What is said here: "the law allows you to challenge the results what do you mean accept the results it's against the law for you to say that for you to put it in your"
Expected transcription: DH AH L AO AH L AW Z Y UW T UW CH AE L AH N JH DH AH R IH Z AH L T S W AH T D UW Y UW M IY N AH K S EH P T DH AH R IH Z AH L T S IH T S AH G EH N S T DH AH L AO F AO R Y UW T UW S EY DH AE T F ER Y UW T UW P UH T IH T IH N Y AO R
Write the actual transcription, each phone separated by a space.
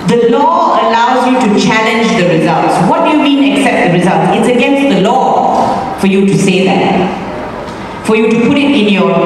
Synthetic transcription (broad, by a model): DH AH L AO AH L AW Z Y UW T UW CH AE L AH N JH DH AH R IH Z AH L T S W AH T D UW Y UW M IY N AH K S EH P T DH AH R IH Z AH L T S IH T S AH G EH N S T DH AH L AO F AO R Y UW T UW S EY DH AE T F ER Y UW T UW P UH T IH T IH N Y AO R